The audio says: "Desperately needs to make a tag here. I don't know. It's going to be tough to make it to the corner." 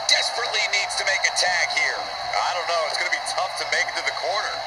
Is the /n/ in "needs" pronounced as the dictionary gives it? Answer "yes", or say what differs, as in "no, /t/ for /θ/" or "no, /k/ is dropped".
yes